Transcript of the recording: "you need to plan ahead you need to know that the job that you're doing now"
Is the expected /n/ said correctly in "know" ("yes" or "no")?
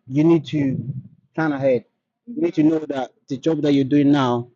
yes